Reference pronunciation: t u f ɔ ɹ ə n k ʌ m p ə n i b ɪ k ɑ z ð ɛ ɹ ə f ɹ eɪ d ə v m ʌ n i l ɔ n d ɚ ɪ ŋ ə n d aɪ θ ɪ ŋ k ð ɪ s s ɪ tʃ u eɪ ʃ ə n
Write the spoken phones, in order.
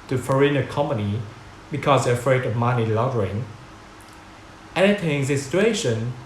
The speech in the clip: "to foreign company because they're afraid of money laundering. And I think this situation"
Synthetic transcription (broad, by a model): t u f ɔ ɹ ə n k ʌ m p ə n i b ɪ k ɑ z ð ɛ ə f ɹ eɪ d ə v m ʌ n i l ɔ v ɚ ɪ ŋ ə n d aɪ t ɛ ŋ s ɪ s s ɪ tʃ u eɪ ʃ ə n